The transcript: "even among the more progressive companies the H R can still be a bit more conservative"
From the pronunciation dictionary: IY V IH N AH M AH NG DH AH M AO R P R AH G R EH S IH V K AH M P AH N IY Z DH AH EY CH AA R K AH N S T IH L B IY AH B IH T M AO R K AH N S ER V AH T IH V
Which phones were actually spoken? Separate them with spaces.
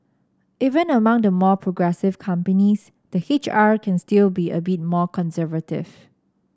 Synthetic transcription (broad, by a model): IY V IH N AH M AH NG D AH M AO P R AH G R EH S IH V K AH M P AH N IY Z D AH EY CH AA R K AH N S T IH L B IY AH B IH T M AO K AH N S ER V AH T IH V